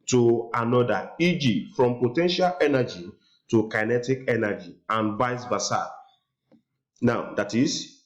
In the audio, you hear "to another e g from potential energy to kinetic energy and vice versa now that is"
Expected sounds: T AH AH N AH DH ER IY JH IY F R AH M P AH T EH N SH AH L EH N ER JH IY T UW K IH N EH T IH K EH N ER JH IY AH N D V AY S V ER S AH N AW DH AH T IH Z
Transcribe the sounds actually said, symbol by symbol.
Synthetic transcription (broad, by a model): T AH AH N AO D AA IY JH IY F R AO M P AH T EH N SH AH L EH N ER JH IY T UW K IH N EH T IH K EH N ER JH IY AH N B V AY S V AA S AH N AW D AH T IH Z